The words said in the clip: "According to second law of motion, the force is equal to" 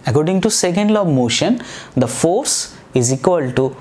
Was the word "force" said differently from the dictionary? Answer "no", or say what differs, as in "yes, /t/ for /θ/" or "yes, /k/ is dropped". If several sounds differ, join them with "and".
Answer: no